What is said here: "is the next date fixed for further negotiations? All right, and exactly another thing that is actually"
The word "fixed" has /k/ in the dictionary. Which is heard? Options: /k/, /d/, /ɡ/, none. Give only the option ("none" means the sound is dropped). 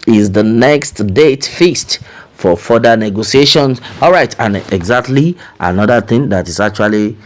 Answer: none